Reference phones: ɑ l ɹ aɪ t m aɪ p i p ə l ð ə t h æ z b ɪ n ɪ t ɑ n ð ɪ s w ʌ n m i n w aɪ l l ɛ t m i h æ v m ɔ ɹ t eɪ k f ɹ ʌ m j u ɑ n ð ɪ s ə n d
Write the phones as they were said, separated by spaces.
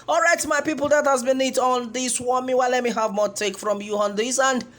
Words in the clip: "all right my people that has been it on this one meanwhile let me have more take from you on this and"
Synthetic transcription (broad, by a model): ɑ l ɹ aɪ t m aɪ p i p ə l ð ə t h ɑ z b ɪ n ɪ t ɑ n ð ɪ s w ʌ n m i w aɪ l l ɛ t m i h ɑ v m ɔ t eɪ k f ɹ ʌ m j u ɑ n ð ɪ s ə n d